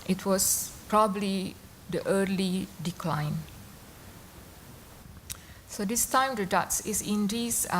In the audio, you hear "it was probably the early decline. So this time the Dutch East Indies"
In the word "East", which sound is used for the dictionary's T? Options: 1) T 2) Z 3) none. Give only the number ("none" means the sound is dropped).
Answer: 3